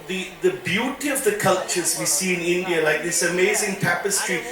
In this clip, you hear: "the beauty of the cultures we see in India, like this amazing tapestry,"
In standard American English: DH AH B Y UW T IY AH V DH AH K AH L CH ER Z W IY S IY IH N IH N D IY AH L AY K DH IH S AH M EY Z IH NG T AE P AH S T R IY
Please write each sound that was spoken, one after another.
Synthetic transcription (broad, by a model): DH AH B Y UW T IY AH V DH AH K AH L CH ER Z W IY S IY IH N IH N D IY AH L AY K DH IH S AH M EY Z IH NG T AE P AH S T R IY